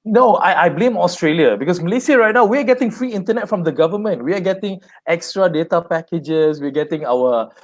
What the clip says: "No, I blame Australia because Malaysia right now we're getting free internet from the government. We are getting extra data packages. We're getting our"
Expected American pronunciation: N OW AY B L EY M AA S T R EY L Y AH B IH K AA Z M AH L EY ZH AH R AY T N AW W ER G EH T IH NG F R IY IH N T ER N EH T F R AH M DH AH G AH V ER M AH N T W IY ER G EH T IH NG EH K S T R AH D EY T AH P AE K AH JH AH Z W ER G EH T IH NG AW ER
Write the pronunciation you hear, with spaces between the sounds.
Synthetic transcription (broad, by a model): N OW AY B L EY M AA S T R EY L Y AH B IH K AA S M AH L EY S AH R AY T N AW W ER G EH T IH NG F R IY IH N T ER N EH T F R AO M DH AH G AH V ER M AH N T W IY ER G EH T IH NG EH K S T R AH D EY T AH P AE K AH JH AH S W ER G EH T IH NG AW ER